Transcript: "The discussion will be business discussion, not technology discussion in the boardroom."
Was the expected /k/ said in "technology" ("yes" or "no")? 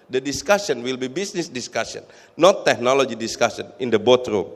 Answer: yes